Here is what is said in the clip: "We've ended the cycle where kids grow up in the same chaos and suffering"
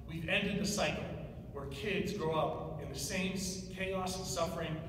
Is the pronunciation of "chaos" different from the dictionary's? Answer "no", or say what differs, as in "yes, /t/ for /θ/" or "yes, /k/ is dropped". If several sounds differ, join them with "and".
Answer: yes, /s/ is dropped